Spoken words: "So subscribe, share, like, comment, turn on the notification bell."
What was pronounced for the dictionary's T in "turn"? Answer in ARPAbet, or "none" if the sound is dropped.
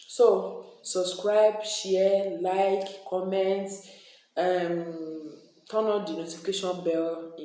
S